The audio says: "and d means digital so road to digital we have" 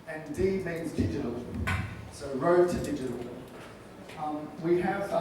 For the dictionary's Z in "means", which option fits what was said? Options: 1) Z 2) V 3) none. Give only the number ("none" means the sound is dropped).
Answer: 1